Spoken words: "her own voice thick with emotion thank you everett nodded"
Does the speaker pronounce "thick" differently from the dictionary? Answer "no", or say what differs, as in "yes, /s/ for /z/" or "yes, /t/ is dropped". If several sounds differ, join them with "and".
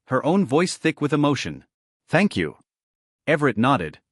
no